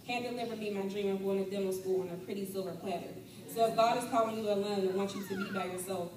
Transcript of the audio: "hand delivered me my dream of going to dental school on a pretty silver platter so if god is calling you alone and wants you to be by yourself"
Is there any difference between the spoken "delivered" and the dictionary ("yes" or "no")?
yes